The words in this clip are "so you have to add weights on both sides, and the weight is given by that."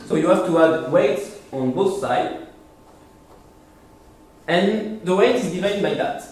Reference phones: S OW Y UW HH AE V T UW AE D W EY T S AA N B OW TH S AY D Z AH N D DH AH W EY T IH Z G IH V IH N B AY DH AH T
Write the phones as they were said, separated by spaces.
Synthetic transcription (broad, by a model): S OW Y UW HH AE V T UW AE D W EY T S AA N B OW TH S AY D AH N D DH AH W EY T IH Z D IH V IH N B AY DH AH T